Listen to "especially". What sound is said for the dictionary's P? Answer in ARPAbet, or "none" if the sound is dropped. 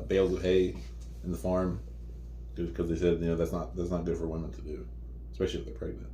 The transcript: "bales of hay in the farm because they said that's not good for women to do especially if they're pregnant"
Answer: P